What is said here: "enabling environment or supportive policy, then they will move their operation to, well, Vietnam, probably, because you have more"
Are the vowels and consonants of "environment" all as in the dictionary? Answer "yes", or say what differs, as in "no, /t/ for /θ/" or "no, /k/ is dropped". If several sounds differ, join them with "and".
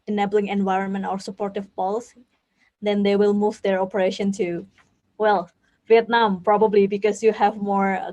yes